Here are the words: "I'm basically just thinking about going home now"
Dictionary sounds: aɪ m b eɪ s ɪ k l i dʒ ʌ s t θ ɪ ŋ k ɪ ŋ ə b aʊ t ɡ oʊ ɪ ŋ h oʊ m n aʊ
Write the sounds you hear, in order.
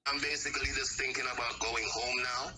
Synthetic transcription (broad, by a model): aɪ m b eɪ s ɪ k l i dʒ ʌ s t θ ɪ ŋ k ɪ ŋ ə b aʊ t ɡ oʊ ɪ ŋ h oʊ m n aʊ